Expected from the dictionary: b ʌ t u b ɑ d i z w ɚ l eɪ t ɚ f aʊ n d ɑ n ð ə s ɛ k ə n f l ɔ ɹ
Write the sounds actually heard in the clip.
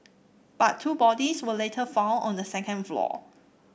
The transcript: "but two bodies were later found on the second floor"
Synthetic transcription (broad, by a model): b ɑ t u b ɑ d i s w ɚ l eɪ t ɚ f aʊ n ɑ n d ə s ɛ k ə n f l ɔ